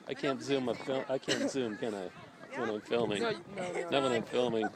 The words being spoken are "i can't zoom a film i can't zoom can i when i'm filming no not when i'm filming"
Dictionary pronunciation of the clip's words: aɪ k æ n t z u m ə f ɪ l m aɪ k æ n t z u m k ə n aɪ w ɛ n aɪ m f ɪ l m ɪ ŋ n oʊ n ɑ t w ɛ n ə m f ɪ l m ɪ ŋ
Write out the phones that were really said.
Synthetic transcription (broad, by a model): aɪ k æ n t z u m ə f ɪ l aɪ k æ n t z u m k ə n aɪ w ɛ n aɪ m f ɪ l m ɪ ŋ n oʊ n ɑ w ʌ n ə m f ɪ l m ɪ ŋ